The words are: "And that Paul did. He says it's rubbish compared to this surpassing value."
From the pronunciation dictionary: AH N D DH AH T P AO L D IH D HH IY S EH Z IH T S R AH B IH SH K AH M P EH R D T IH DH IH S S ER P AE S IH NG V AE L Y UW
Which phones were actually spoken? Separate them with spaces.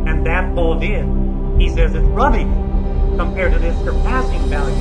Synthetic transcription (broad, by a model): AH N DH AH T B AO L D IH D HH IY S EH Z IH T S R AH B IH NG K AH M P EH R D T IH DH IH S S ER P AE S IH NG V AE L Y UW